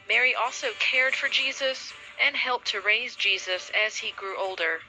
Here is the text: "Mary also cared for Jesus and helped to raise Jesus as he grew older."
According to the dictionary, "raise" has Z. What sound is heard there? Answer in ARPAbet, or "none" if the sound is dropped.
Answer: Z